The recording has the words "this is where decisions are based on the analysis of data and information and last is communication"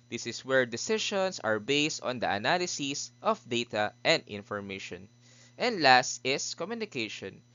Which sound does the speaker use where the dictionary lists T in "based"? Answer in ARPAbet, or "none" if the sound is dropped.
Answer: T